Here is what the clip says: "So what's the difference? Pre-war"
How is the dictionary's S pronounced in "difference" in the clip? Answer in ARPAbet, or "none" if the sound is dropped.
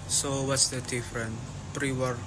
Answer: none